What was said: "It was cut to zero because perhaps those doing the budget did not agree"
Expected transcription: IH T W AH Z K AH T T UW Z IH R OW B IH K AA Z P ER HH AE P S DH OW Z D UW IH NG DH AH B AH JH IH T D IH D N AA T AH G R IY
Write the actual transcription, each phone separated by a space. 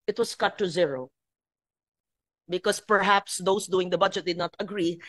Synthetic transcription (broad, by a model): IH T W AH S K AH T T UW Z IH R OW B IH K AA S P ER HH AE P S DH OW S D UW IH NG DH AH B AH JH IH T D IH D N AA T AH G R IY